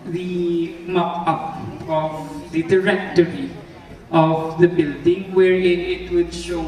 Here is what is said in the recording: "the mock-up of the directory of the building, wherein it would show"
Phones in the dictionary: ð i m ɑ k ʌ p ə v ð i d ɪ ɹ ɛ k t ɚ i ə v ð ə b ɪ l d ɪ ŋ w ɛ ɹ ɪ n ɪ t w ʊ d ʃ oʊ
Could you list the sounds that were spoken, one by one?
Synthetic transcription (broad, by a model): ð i m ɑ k ʌ p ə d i d ɪ ɹ ɛ k t ɚ i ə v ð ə b ɪ l d ɪ ŋ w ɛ ɹ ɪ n ɪ t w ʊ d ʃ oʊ